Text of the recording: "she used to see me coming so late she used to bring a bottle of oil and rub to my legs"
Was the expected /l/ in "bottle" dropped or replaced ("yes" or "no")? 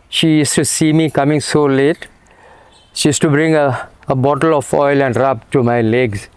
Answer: no